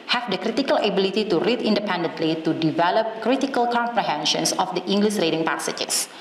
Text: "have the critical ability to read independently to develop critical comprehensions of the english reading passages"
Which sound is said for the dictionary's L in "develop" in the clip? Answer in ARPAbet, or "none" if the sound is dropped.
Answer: L